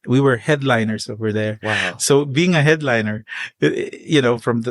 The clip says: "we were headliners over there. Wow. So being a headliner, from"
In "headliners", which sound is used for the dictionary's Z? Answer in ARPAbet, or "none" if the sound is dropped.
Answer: S